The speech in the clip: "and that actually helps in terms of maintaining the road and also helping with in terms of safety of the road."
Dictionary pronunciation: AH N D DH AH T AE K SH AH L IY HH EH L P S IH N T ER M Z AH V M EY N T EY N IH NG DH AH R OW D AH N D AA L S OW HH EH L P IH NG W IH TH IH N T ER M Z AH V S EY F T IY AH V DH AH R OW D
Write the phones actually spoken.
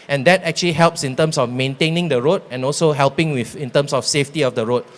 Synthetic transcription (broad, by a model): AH N D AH T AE K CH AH L IY HH EH L P S IH N T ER M S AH F M EY N T EY N IH NG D AH R OW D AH N AA L S OW HH EH L P IH NG W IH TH IH N T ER M S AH F S EY F T IY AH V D AH R OW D